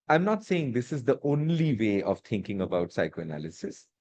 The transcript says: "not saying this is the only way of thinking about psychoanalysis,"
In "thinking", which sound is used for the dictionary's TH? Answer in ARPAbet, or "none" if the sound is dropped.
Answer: T